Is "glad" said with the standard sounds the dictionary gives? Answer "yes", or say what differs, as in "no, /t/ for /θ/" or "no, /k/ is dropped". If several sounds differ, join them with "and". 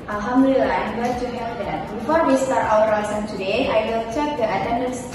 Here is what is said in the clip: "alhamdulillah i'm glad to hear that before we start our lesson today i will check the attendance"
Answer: no, /l/ is dropped